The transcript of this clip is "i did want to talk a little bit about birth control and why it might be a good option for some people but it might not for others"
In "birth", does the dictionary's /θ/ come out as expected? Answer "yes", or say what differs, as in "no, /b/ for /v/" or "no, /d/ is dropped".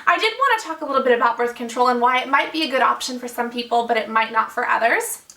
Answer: yes